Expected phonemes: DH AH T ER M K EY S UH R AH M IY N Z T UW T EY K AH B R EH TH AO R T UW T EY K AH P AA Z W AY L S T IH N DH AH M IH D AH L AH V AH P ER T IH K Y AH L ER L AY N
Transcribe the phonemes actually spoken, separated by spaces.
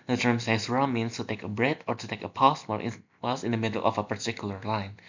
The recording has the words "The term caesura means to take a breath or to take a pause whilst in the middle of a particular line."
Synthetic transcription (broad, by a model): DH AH T ER M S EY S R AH M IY N S T UW T EY K AH B R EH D AO R T UW T EY K AH P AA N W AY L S IH N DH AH M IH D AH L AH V AH P ER T IH K Y AH L ER L AY N